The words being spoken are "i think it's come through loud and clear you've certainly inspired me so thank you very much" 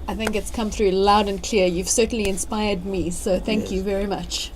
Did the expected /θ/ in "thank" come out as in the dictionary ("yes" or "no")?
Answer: yes